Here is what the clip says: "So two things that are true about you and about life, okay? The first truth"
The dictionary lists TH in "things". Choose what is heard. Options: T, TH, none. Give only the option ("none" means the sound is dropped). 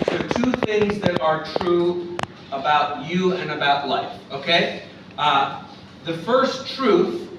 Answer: TH